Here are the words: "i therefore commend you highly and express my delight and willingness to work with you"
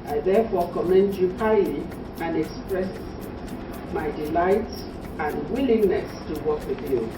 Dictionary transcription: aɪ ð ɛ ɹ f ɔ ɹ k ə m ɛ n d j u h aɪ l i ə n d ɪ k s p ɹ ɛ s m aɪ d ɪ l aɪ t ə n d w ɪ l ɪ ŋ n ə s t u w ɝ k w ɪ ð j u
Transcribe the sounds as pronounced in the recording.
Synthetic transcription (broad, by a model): aɪ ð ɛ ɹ f ɔ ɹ k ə m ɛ n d j u h aɪ l i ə n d ɪ k s p ɹ ɛ s m aɪ d ɪ l aɪ t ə n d w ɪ l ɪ ŋ n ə s t u w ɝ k w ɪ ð j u